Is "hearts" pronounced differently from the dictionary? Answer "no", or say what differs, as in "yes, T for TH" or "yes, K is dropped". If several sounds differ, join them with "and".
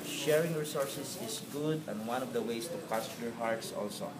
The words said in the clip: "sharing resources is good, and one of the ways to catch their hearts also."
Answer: no